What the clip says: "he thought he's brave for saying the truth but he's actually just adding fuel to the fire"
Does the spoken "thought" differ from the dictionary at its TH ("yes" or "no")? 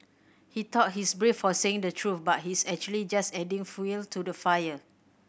yes